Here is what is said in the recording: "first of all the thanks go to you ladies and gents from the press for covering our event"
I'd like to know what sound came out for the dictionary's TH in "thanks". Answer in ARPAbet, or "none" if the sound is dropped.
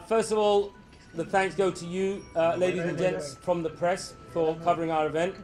TH